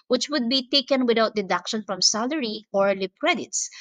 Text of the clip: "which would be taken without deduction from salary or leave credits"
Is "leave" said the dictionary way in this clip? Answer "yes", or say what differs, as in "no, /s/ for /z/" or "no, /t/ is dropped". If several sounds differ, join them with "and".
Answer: no, /p/ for /v/